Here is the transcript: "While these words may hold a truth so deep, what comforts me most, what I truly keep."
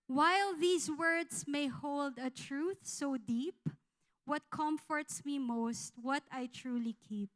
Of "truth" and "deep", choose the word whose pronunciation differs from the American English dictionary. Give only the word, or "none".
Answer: none